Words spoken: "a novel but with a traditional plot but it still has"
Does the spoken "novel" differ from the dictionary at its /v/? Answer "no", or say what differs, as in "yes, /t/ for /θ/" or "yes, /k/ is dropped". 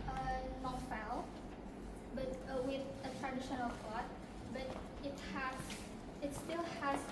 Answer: yes, /f/ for /v/